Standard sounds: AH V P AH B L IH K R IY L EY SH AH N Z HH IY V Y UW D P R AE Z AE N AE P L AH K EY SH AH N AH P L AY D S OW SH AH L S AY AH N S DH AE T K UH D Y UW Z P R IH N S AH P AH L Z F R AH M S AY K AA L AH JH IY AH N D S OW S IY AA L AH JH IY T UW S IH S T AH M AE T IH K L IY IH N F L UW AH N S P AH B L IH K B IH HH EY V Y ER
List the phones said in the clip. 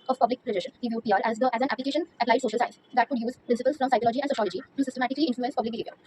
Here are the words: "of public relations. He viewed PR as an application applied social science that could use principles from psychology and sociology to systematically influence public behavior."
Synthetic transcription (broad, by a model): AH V P AH B L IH K R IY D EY SH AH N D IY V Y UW D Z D AE Z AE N AE P L AH K EY SH AH N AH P L AY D S OW SH AH L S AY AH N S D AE T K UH D Y UW Z P R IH N S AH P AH L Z F R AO M S AY K AA L AH JH IY AH N D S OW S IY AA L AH JH IY T UW S IH S T AH M AE T IH K L IY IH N F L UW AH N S P AH B L IH K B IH HH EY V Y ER